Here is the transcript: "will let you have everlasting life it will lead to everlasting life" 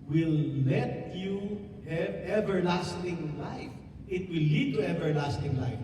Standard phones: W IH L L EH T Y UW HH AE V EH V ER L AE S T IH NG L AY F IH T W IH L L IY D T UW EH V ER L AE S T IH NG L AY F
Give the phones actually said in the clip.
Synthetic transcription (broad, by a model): W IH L L EH T Y UW HH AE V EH V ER L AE S T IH NG L AY F IH T W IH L L IY D T UW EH V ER L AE S T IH NG L AY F